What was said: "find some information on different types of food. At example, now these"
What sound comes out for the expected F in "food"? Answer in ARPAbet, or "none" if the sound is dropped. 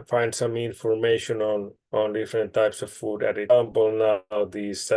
F